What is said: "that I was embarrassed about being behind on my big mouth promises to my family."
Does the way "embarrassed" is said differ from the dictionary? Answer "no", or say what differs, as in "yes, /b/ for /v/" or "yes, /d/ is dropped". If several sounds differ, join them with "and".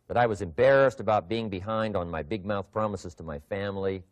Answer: no